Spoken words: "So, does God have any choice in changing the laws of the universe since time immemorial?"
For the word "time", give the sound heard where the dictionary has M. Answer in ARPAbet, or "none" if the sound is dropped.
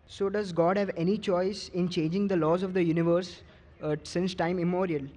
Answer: none